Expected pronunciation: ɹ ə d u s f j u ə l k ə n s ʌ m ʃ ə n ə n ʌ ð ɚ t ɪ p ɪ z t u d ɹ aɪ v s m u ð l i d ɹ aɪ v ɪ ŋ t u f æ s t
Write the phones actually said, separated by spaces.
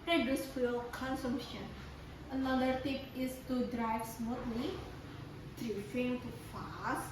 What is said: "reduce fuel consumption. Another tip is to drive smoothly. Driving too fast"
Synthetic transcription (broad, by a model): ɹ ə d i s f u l k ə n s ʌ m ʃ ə n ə n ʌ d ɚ t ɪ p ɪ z t u d ɹ aɪ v s m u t l i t ɹ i f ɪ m t u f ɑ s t